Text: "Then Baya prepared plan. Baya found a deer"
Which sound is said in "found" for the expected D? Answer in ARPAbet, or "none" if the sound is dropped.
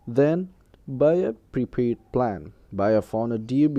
none